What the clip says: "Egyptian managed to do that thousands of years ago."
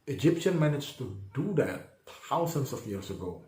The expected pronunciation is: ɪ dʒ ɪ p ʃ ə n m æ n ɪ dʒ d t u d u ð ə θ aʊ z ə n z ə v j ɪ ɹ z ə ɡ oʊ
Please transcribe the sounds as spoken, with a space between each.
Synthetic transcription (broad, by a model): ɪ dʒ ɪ p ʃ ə n m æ n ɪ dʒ t u d u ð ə t aʊ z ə n s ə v j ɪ ɹ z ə ɡ oʊ